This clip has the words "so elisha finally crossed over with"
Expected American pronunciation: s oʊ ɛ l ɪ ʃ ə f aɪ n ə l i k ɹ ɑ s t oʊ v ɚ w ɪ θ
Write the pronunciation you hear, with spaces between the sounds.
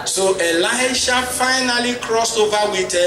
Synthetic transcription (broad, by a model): s oʊ ɛ l ɪ ʃ ə f aɪ n ə l i k ɹ ɑ s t oʊ v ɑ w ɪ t